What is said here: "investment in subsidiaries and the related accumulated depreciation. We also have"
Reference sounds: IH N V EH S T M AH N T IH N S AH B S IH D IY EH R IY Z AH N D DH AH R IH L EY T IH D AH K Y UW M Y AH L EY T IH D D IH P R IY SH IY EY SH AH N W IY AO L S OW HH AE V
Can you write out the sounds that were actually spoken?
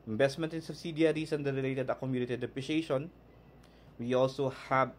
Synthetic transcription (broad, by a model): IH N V EH S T M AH N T IH N S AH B S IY D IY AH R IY S AH N D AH R IH L EY T IH D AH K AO M Y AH N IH T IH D D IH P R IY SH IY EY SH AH N W IY AO L S OW HH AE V